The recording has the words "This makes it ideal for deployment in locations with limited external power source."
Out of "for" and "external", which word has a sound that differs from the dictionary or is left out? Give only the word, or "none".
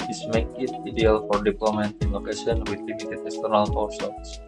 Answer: none